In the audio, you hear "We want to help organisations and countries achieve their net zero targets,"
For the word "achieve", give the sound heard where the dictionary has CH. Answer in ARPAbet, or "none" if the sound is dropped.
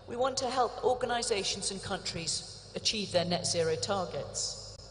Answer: CH